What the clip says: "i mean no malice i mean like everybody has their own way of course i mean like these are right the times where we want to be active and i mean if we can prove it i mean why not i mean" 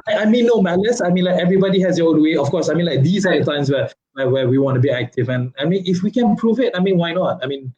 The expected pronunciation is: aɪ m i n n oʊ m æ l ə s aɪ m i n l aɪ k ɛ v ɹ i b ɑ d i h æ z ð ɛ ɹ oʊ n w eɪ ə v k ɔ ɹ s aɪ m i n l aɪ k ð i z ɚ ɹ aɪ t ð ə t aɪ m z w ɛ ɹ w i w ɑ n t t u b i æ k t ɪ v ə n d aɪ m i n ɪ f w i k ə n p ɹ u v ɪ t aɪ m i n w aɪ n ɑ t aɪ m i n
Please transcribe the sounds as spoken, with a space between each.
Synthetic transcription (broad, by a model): aɪ m i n n oʊ m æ l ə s aɪ m i n l aɪ k ɛ v ɹ i b ɑ d i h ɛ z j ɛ oʊ n w eɪ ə f k ɔ s aɪ m i n l aɪ k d i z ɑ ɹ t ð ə t aɪ m s w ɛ w w i w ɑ n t t u b i æ k t ɪ v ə n aɪ m i n ɪ f w i k ə n p ɹ u v ɪ t aɪ m i n w aɪ n ɑ t aɪ m i n